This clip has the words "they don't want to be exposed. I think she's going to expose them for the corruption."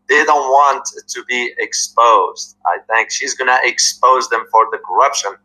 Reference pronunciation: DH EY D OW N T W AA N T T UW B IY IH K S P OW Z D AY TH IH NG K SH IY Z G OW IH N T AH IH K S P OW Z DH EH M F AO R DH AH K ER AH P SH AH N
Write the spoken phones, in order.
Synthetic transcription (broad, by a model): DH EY D OW N T W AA N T T UW B IY IH K S P OW Z D AY TH IH NG K SH IY Z G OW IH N T AH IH K S P OW Z DH EH M F AO R DH AH K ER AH P SH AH N